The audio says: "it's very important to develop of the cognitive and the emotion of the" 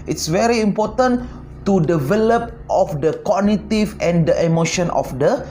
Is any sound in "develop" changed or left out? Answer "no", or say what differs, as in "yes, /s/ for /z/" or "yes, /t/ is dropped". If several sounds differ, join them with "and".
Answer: no